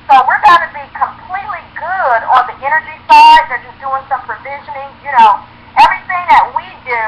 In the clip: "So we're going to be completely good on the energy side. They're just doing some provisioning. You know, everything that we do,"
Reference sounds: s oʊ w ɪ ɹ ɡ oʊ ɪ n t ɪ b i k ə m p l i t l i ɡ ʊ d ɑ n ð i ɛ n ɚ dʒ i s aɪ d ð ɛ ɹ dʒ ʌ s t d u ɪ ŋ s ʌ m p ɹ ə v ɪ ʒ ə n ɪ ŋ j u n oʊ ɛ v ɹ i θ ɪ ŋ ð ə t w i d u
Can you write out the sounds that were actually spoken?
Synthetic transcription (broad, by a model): s oʊ w ɪ ɹ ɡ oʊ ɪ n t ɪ b i k ə m p l i t l i ɡ ʊ d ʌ n ð i ɛ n ɚ dʒ i s aɪ d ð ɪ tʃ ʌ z d u ɪ ŋ s ʌ m p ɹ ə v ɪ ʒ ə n ɪ ŋ j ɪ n oʊ ɛ v ɹ i θ ɪ ŋ ð ə t w i d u